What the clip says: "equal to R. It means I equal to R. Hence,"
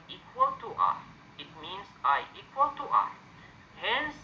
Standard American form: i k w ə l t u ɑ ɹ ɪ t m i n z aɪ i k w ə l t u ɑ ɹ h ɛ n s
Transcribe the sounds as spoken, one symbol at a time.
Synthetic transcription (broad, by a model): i k w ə l t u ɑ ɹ ɪ t m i n s aɪ i k w ə l t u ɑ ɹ h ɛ n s